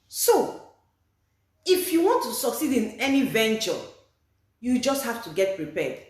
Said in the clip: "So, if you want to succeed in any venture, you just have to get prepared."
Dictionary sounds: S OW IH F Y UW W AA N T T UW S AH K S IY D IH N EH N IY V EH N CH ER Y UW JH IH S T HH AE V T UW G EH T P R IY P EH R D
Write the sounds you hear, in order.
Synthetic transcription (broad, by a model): S OW IH F Y UW W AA N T T UW S AH K S IY D IH N EH N IY V EH N CH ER Y UW JH IH S T HH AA F T UW G EH T P R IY P EH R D